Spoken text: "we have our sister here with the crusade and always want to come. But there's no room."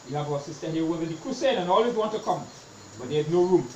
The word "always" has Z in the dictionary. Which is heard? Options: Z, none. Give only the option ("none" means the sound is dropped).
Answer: none